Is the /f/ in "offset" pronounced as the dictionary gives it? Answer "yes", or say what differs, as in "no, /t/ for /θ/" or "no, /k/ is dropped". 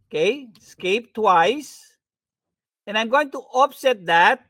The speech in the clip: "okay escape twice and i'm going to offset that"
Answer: no, /p/ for /f/